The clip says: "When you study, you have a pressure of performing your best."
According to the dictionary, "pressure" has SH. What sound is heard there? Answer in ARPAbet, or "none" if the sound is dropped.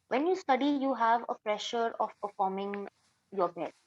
SH